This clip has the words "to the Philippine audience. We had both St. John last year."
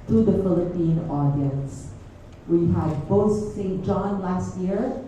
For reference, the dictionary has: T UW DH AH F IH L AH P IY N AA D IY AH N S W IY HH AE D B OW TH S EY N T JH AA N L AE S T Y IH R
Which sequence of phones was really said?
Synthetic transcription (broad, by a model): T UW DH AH F IH L AH P IY N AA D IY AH N S W IY HH AE D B OW T S EY N T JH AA N L AE S T Y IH R